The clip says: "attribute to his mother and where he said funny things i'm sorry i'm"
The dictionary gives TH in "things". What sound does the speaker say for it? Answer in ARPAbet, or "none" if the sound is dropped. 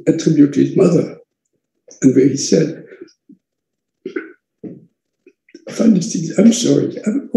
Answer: T